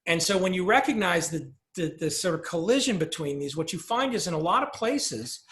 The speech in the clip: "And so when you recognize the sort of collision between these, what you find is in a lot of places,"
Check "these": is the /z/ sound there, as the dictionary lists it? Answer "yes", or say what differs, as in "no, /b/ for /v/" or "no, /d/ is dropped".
yes